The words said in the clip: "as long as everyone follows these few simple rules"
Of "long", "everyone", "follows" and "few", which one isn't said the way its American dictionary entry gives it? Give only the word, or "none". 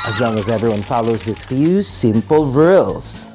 none